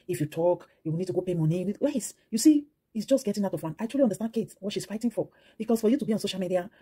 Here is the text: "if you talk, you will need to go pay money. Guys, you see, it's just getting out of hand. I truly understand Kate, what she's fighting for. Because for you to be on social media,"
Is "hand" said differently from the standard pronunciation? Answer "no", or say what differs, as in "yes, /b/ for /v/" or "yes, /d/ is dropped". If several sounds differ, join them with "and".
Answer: yes, /d/ is dropped